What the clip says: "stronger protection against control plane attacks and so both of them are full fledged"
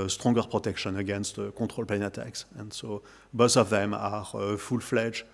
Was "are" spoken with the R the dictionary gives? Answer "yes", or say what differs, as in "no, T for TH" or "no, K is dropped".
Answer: yes